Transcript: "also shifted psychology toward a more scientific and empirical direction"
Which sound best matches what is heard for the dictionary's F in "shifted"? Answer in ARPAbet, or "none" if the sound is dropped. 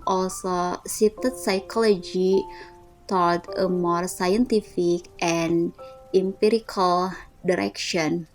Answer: none